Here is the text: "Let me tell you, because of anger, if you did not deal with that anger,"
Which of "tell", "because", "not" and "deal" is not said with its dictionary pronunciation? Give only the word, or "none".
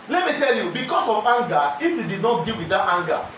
because